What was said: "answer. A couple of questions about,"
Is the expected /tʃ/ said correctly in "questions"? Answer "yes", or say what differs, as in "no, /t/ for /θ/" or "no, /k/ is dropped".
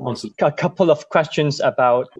yes